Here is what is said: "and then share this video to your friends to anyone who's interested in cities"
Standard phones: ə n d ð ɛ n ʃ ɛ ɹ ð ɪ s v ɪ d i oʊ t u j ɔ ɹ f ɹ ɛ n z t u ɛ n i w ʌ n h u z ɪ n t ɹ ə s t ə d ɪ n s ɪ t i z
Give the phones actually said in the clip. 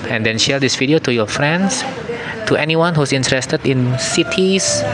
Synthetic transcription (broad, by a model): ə n d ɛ n ʃ ɛ ɹ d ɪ s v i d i oʊ t u j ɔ f ɹ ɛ n s t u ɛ n i w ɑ n h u s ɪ n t ɹ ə s t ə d ɪ n s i t i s